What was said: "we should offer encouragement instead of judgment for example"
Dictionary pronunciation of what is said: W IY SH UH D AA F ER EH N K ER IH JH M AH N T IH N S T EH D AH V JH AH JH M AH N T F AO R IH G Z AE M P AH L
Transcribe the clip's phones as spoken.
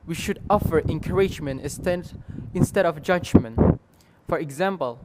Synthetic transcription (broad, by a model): W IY SH UH D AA F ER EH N K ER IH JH M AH N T IH N S T EH D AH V JH AH JH M AH N T F AO R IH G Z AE M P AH L